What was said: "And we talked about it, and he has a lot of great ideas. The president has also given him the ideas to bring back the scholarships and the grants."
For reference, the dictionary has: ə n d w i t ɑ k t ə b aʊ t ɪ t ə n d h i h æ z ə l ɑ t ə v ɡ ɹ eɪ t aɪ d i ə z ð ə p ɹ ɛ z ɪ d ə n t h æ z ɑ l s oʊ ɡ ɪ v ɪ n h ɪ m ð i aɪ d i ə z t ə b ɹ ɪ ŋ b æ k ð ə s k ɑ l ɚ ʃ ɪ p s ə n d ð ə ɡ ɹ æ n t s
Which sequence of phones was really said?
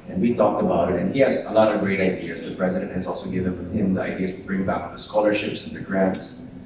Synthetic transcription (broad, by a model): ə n w i t ɑ k t ə b aʊ t ɪ t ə n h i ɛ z ə l ɑ t ə v ɡ ɹ eɪ t aɪ d i ə z ð ə p ɹ ɛ z ɪ d ə n t h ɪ z ɑ l s oʊ ɡ ɪ v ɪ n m ɪ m ð i aɪ d i ə z t ə b ɹ ɪ ŋ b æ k ð ə s k ɑ l ɚ ʃ ɪ p s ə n ð ə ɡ ɹ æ n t s